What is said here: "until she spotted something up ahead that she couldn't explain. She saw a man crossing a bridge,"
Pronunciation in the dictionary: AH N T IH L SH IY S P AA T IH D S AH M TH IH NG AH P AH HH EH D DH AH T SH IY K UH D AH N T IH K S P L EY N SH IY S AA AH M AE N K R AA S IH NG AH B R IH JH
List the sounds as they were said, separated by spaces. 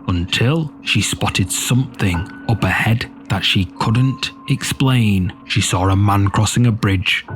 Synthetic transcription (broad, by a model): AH N T IH L SH IY S P AA T IH D S AH M TH IH NG AH P AH HH EH D DH AH T SH IY K UH D N T IH K S P L EY N SH IY S AA AH M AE N K R AA S IH NG AH B R IH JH